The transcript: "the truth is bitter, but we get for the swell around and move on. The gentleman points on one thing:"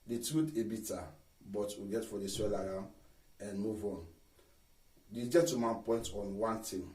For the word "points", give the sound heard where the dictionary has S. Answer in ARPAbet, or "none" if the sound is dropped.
none